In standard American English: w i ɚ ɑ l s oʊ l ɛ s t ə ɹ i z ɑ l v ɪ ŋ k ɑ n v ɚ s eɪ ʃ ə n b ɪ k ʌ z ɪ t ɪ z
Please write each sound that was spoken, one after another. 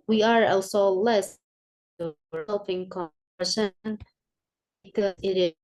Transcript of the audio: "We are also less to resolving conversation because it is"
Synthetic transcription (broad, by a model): w i ɚ ɑ l s oʊ l ɛ s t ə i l p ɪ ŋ k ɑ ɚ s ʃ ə n b ɪ k ʌ z ɪ t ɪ